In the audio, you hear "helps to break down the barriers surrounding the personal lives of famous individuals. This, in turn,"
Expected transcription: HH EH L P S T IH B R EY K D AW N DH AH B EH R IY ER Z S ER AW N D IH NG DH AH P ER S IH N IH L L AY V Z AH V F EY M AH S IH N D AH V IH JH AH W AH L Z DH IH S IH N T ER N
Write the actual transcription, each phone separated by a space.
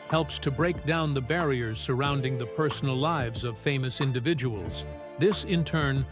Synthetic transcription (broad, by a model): HH EH L P S T IH B R EY K D AW N DH AH B EH R IY ER Z S ER AW N D IH NG DH AH P ER S N L L AY V Z AH V F EY M AH S IH N D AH V IH JH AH W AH L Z DH IH S IH N T ER N